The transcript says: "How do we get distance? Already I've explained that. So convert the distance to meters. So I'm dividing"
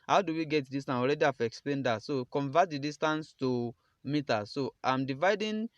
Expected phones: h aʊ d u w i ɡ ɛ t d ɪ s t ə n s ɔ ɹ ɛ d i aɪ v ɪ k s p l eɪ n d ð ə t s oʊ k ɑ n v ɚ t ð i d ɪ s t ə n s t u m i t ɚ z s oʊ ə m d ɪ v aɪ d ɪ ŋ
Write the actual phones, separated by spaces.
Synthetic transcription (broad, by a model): h aʊ d u w i ɡ ɛ t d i s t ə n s ɔ ɹ ɛ d i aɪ f ɪ k s p l eɪ n d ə t s oʊ k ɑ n v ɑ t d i d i s t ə n s t u m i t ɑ s oʊ ə m d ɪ v aɪ d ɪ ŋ